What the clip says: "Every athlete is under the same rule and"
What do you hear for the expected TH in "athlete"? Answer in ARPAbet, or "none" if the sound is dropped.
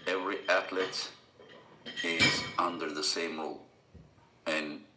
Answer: T